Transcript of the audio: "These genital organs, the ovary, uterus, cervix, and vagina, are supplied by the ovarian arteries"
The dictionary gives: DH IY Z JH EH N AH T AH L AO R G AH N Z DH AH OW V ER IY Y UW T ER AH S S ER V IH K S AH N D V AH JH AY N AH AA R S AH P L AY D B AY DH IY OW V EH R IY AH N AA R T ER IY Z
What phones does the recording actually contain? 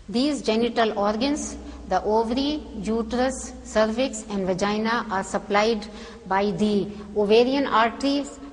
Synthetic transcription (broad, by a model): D IY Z JH EH N AH T AH L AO R G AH N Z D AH OW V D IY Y UW T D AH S S ER V IH K S AH N D V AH JH AY N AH AA R S AH P L AY D B AY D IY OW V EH R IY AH N AA R T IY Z